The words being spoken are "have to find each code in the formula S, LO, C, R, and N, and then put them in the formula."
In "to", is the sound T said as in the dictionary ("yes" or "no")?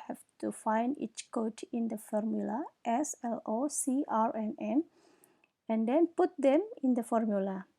yes